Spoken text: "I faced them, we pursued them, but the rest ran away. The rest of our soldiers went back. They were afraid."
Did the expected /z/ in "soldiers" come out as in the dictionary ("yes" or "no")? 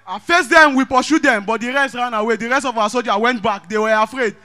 no